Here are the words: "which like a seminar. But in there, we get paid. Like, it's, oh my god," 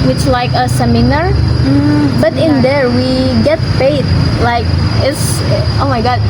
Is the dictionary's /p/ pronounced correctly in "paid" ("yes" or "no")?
no